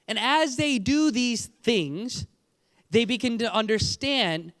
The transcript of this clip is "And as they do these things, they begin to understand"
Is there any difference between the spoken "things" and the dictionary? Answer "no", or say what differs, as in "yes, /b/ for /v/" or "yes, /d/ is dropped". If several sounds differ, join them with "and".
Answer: no